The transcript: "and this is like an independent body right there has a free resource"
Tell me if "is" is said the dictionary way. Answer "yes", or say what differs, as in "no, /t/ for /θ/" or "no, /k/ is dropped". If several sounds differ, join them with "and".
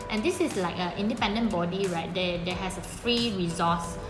no, /s/ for /z/